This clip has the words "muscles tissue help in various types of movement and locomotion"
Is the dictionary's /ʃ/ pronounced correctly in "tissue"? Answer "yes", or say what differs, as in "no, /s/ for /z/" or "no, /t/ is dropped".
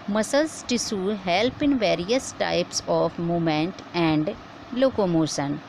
no, /s/ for /ʃ/